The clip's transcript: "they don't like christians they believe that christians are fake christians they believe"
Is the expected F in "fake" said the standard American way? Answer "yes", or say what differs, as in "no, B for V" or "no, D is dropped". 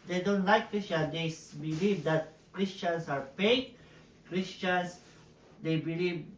no, P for F